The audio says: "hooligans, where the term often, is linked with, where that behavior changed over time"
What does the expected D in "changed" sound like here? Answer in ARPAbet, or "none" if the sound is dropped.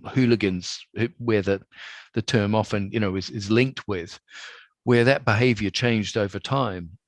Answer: D